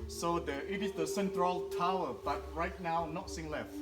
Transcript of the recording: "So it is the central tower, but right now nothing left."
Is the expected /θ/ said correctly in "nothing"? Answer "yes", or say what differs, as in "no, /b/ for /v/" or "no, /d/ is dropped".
no, /s/ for /θ/